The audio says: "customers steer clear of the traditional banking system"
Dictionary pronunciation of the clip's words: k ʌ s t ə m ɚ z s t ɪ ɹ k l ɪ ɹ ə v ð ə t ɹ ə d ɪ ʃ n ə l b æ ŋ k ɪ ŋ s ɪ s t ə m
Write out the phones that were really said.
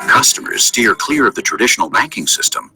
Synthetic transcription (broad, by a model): k ʌ s t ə m ɚ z s t ɪ ɹ k l ɪ ɹ ə v ð ə t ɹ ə d ɪ ʃ n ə l b æ ŋ k ɪ ŋ s ɪ s t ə m